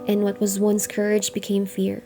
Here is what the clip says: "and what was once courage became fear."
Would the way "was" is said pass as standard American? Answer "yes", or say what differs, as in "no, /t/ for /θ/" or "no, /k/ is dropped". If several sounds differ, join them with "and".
yes